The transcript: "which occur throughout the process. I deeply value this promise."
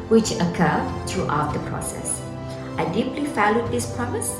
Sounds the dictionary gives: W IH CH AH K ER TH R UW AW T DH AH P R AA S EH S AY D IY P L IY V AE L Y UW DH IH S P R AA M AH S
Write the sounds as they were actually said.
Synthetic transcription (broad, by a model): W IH CH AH K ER T R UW AW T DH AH P R AA S EH S AY D IY P L IY F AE L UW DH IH S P R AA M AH S